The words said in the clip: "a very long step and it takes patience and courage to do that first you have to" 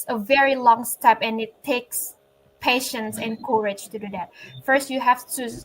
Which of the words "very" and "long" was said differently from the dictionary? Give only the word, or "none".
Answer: none